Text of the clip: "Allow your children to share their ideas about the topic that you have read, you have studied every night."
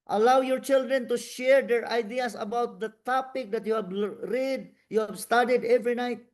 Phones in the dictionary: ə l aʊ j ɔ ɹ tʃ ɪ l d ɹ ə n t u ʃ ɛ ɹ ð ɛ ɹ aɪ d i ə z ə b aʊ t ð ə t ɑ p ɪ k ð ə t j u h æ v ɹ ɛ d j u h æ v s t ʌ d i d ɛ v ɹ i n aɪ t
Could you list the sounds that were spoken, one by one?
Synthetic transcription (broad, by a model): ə l aʊ j ɔ ɹ tʃ ɪ l d ɹ ə n t u ʃ ɛ ɹ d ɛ ɹ aɪ d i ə s ə b aʊ t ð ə t ɑ p ɪ k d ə t j u h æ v ɹ ɛ d j u h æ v s t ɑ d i d ɛ v ɹ i n aɪ t